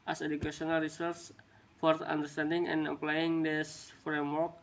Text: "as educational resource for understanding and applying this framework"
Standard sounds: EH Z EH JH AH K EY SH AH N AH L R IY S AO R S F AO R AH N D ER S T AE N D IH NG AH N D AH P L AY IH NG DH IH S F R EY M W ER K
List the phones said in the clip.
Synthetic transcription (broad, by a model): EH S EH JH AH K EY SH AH N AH L R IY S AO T S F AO R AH N D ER S T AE N D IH NG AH N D AH P L AY IH NG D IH S F R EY M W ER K